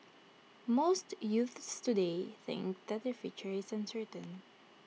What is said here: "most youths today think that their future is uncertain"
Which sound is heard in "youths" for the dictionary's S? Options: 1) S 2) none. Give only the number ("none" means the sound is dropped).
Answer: 1